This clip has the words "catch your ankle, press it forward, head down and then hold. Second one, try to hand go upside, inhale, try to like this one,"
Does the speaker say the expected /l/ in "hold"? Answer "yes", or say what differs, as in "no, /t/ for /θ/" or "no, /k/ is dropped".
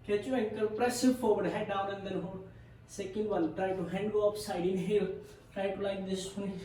no, /l/ is dropped